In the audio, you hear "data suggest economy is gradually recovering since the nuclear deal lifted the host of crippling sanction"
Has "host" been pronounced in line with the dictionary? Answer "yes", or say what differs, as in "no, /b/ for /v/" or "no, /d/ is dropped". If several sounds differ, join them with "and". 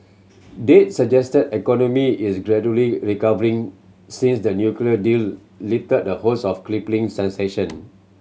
no, /t/ is dropped